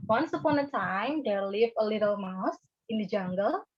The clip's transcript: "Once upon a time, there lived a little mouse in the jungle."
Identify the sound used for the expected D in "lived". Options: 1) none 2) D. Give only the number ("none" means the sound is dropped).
1